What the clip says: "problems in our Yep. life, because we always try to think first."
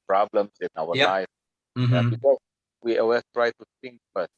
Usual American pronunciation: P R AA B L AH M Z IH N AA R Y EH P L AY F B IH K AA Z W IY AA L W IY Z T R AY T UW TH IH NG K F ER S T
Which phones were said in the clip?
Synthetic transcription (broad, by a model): P R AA B L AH M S IH N AA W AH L AY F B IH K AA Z W IY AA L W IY T R AY T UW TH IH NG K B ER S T